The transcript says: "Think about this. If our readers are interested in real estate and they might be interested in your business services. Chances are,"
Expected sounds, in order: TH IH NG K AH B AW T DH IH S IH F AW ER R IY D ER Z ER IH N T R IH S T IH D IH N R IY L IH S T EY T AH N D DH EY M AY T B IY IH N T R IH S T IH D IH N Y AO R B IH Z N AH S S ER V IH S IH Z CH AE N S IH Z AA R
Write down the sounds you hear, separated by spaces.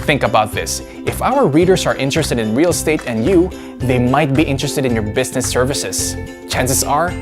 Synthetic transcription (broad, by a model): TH IH NG K AH B AW T DH IH S IH F AW ER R IY D ER S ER IH N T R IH S T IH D IH N R IY L S T EY T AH N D DH EY M AY T B IY IH N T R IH S T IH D IH N Y AO R B IH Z N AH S S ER V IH S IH S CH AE N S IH S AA R